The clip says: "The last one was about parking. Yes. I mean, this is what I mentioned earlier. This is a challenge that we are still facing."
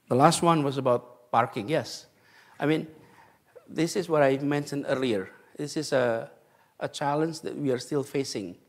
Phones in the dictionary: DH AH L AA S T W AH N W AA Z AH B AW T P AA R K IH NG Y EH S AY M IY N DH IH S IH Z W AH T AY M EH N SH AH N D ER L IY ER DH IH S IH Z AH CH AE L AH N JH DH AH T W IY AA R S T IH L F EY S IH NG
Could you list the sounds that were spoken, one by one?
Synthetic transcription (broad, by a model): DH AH L AA S T W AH N W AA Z AH B AW T P AA R K IH NG Y EH S AY M IY N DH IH S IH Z W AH T AY M EH N SH AH N D ER L IY ER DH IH S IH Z AH CH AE L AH N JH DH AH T W IY AA R S T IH L F EY S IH NG